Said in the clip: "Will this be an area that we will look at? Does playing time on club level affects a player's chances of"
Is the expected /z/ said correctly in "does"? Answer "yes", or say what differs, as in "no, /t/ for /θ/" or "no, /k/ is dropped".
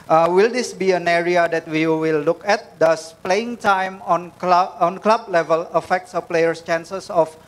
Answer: no, /s/ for /z/